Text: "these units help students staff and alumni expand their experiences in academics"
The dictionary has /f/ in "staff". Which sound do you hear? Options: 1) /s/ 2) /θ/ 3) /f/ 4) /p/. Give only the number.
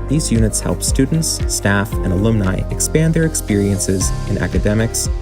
3